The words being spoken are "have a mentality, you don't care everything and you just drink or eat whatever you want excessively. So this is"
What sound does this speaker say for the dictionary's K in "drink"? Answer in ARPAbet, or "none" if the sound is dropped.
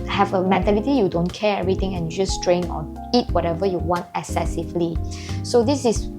none